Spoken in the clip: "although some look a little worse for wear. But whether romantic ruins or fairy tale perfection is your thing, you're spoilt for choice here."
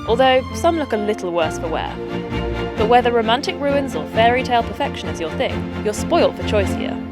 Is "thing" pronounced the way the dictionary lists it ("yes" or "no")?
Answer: yes